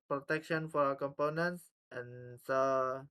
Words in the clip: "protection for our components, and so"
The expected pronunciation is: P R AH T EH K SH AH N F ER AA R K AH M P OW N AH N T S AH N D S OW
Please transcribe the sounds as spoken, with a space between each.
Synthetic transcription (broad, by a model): P R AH T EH K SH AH N F AA R K AH M P OW N AH N T S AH N S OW